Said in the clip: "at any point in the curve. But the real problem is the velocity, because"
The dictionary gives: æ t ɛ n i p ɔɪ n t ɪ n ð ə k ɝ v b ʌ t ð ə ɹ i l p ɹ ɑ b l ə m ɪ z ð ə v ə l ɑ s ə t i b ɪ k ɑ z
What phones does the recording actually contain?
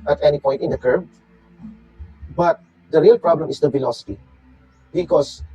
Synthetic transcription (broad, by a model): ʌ t ɛ n i p ɔɪ t ɪ n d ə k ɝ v b ʌ t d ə ɹ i l p ɹ ɑ b l ə m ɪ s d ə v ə l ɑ s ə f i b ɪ k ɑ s